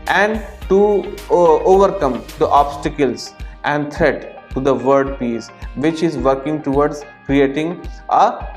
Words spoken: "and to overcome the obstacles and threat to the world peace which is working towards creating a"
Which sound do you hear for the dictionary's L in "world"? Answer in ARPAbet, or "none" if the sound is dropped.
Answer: none